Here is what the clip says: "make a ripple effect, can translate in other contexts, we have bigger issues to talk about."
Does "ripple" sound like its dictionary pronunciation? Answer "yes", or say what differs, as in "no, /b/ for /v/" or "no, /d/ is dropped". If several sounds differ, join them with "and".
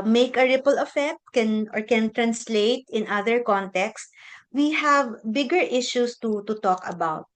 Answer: yes